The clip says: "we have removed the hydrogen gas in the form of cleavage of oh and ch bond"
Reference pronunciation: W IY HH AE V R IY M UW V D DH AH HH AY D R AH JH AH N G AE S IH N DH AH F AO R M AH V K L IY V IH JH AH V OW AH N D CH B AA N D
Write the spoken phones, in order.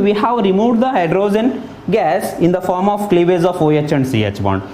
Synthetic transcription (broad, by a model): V IY HH AE V R IY M UW V D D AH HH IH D R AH Z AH N G AE S IH N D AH F AO R M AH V K L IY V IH Z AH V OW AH N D CH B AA N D